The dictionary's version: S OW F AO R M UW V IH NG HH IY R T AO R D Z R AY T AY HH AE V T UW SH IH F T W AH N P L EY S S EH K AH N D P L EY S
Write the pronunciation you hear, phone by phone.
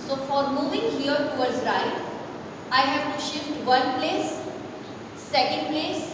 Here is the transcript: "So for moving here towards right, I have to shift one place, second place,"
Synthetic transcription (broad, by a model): S OW F AO R M UW V IH NG HH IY R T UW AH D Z R AY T AY HH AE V T UW SH IH F T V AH N P L EY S S EH K AH N D P L EY S